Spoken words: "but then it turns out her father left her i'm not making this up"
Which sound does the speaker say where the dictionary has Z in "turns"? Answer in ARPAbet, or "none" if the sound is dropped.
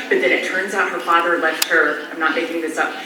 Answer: Z